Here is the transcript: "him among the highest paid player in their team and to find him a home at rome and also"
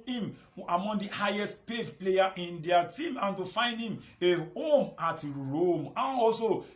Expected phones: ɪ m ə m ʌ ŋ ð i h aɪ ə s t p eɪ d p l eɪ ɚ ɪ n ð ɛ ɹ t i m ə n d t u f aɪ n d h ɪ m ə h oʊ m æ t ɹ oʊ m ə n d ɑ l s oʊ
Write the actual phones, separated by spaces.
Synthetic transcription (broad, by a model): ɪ m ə m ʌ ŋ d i h aɪ ə s t p eɪ d p l eɪ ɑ ɪ n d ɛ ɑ t i m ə n t u f aɪ n d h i m ə h oʊ m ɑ t ɹ oʊ m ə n ɑ l s oʊ